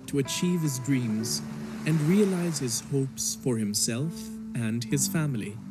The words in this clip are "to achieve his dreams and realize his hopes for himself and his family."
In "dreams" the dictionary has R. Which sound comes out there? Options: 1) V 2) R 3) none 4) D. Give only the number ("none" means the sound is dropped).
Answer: 2